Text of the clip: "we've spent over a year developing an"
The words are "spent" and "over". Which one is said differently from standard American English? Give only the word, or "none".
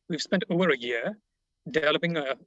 none